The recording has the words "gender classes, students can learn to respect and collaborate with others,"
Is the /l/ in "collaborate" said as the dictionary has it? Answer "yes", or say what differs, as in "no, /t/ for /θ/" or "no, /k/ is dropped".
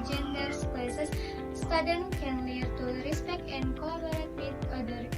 no, /l/ is dropped